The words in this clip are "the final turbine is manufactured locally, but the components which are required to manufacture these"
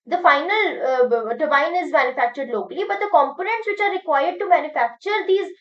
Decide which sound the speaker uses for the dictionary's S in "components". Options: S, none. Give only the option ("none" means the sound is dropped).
S